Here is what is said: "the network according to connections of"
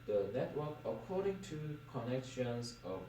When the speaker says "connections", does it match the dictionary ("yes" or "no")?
no